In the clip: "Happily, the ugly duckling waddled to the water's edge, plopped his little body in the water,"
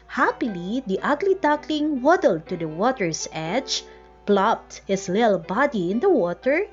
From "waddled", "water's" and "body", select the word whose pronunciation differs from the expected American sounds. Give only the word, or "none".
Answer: water's